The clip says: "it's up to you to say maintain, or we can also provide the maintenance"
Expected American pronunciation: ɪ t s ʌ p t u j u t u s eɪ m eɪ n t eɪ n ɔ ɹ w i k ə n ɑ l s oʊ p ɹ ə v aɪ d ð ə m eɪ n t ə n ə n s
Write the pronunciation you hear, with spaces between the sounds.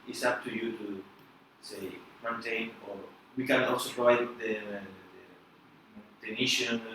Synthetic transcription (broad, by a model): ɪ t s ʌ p t u j u t u s eɪ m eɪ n t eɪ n ɔ ɹ w i k ə n ɑ l s oʊ p ɹ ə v aɪ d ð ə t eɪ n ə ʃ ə n